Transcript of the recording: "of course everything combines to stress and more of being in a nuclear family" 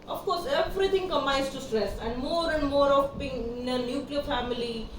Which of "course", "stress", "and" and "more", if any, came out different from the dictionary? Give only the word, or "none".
none